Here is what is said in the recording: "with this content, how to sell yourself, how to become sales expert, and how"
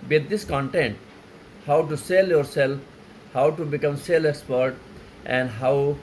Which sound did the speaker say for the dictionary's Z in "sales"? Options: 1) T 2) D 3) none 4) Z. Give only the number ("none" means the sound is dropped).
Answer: 3